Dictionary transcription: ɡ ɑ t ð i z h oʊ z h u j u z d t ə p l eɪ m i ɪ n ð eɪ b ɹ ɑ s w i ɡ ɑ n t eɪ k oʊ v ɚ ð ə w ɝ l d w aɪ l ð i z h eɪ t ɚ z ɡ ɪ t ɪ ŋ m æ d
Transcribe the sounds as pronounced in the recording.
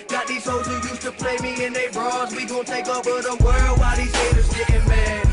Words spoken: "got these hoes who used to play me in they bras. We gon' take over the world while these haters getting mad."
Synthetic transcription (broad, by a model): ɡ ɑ t ð i z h oʊ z h u j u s t ə p l eɪ m i ɪ n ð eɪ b ɹ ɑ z w i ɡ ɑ t eɪ k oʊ b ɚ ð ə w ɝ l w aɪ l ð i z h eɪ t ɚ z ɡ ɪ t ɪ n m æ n